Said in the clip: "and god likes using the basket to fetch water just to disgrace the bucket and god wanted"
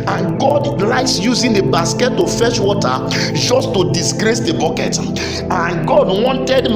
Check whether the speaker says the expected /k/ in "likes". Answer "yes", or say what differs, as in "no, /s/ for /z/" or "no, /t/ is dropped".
no, /k/ is dropped